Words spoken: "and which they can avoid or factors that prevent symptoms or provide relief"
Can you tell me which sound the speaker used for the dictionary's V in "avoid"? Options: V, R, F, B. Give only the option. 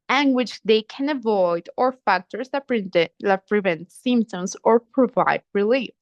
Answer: V